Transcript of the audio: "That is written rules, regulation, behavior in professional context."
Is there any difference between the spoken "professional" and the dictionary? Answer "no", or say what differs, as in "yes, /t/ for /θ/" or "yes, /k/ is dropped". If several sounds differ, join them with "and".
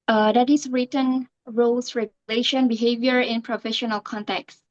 no